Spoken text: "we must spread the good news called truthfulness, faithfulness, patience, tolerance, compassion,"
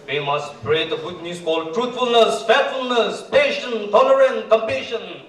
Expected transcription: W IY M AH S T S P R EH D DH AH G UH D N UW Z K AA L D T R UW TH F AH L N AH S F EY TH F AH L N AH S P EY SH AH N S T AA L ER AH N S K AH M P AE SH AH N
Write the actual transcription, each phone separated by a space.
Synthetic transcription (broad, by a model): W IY M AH S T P R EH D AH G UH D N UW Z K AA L T R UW T F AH L N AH S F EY F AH L N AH S P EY SH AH N T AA L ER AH N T K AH M P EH SH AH N